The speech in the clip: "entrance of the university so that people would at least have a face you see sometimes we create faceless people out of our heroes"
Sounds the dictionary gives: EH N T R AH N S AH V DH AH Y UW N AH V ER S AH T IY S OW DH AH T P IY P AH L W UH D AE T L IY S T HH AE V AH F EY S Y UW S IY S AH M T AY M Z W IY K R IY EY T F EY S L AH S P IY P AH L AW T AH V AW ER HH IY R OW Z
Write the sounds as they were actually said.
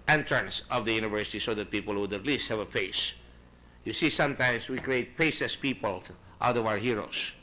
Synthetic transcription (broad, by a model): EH N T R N S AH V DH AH Y UW N AH V ER S AH T IY S OW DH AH T P IY P AH L W UH D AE T L IY S T HH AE V AH F EY S Y UW S IY S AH M T AY M S W IY K R IY EY T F EY S AH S P IY P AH L AW T AH V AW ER HH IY R OW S